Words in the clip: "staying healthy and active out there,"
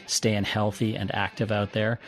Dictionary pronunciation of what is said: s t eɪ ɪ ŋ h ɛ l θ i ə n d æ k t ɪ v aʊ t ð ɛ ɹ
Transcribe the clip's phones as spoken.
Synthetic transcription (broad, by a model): s t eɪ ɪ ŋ h ɛ l θ i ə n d æ k t ɪ v aʊ t ð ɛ ɹ